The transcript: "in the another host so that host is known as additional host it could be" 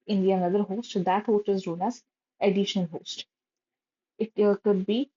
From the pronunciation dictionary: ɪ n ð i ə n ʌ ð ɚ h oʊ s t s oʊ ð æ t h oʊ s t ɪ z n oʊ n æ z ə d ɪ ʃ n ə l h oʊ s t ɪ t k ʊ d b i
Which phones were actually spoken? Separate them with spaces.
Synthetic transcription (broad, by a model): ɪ n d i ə n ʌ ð ɚ h oʊ s t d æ t h oʊ s t ɪ z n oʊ n æ z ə d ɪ ʃ ə n h oʊ s t ɪ t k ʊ d b i